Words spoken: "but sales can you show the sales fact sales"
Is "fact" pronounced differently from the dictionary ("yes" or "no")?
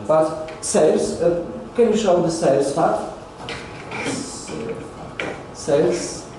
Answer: yes